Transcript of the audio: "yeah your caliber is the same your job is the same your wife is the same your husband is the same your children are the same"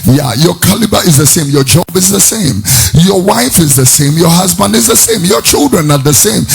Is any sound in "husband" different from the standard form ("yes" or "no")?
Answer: no